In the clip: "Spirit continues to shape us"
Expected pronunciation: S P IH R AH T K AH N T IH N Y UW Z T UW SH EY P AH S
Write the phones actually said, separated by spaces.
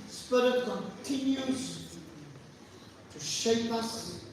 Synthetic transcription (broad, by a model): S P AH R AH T K AH N T IH N Y UW Z T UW SH EY P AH S